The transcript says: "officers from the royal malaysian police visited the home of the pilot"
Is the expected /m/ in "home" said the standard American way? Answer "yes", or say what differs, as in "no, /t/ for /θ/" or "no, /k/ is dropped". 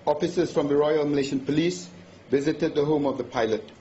yes